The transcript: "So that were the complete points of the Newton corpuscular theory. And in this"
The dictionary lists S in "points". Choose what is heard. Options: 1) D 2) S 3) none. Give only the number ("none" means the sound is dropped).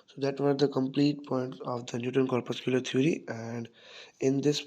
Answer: 3